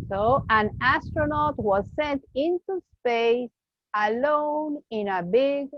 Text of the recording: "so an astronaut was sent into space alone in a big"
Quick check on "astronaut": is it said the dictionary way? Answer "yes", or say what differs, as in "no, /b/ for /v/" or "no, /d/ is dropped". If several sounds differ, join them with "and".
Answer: yes